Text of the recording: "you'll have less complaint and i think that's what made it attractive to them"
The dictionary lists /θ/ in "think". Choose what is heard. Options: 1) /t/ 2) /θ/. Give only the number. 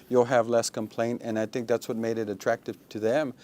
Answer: 2